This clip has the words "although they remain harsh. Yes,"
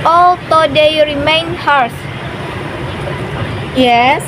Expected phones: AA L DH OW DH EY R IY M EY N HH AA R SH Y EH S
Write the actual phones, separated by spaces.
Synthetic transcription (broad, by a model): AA L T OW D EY R IY M EY N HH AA R S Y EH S